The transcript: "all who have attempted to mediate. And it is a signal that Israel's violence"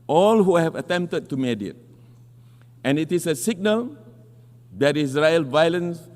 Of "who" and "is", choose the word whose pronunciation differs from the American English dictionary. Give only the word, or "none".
is